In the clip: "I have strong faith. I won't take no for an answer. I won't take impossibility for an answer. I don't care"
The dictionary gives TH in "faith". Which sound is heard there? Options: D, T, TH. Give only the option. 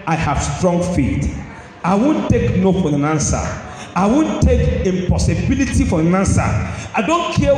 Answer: T